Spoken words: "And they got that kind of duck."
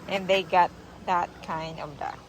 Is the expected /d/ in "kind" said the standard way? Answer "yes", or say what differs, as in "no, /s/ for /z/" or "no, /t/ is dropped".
yes